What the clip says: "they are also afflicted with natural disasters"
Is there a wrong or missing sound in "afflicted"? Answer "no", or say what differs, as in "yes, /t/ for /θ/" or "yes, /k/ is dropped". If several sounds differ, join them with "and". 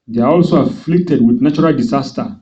no